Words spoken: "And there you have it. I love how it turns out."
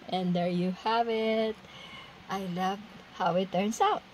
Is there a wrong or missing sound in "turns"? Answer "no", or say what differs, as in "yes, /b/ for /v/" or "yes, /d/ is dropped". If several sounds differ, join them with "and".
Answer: yes, /s/ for /z/